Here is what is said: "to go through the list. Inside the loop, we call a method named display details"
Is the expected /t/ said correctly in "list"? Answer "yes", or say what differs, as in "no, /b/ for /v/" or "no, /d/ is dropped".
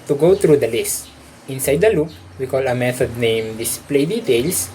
yes